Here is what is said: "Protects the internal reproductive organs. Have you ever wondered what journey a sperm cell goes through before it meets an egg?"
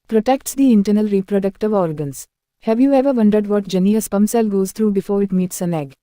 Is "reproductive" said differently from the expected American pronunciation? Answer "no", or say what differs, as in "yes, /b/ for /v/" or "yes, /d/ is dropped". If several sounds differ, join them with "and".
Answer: no